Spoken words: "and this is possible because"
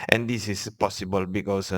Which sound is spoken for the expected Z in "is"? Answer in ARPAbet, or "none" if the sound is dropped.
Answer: S